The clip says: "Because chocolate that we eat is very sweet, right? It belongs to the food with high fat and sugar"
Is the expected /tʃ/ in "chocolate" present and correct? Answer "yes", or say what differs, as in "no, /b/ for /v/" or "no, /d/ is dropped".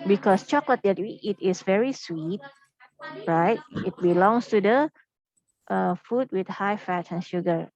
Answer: yes